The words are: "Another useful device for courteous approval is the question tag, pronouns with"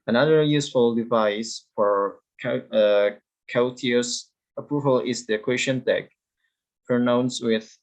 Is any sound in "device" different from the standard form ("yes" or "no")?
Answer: no